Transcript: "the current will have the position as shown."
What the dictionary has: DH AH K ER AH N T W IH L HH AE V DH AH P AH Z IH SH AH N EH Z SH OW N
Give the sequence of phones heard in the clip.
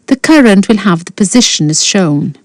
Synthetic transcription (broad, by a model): DH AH K ER AH N T W IH L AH V DH AH P AH Z IH SH AH N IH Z SH OW N